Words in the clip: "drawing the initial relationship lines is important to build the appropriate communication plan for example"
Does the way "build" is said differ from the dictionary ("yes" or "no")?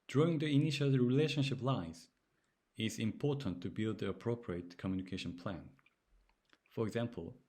no